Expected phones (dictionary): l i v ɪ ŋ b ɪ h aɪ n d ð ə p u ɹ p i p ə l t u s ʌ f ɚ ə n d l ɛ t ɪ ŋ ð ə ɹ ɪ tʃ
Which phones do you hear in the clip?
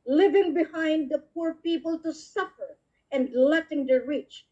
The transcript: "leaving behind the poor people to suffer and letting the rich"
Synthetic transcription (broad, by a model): l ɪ v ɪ ŋ b ɪ h aɪ n d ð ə p u ɹ p i p ə l t u s ʌ f ɚ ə n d l ɛ t ɪ ŋ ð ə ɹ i tʃ